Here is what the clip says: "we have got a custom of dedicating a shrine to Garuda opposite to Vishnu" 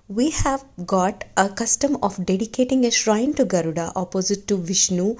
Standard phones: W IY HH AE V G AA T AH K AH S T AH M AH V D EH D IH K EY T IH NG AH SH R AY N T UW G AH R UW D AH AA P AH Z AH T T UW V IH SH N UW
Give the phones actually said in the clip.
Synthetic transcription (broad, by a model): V IY HH AE V G AA T AH K AH S T AH M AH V D EH D IH K EY T IH NG AH SH R AY N T UW G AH R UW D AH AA P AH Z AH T T UW V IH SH N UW